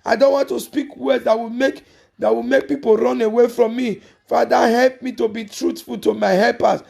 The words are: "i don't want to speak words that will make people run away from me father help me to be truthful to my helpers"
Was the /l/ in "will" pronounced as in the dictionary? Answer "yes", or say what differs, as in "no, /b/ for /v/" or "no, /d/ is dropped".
no, /w/ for /l/